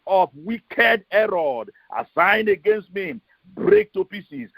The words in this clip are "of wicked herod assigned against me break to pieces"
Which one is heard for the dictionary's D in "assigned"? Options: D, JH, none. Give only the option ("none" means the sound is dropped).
D